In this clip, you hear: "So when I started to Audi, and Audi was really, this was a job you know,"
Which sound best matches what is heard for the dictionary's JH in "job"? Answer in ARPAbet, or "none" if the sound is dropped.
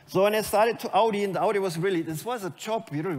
CH